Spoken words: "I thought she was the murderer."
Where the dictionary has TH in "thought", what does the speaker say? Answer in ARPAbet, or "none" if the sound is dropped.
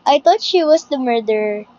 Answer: T